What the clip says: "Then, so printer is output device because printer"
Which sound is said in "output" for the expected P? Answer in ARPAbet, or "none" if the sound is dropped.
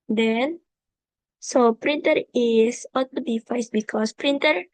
none